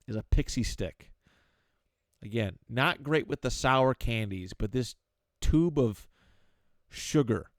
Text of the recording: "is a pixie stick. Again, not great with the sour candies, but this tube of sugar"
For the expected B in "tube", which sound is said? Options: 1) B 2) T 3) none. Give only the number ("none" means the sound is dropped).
1